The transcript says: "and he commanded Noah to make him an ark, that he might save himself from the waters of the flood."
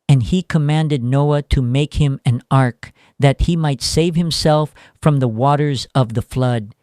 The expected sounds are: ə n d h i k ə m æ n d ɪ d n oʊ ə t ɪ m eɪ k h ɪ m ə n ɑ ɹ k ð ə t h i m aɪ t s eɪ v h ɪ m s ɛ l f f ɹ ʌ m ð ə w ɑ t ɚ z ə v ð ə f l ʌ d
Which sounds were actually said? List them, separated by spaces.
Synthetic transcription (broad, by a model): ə n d i k ə m æ n d ɪ d n oʊ ə t ɪ m eɪ k h ɪ m ə n ɑ ɹ k ð ə t h i m aɪ t s eɪ v h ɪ m s ɛ l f f ɹ ʌ m ð ə w ɑ t ɚ z ə v ð ə f l ʌ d